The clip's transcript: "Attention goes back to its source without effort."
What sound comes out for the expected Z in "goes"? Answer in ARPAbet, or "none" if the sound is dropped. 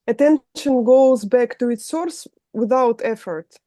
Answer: Z